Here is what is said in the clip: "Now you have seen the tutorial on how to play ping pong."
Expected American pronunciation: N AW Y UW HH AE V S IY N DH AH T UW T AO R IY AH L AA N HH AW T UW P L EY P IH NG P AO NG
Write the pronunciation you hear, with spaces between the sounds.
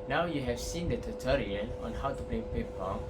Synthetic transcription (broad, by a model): N AW Y UW HH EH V S IY N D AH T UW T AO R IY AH N AA N HH AW T UW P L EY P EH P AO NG